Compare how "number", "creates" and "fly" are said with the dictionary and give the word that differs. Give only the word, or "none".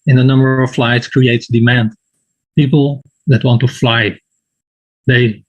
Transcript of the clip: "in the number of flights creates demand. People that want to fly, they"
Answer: none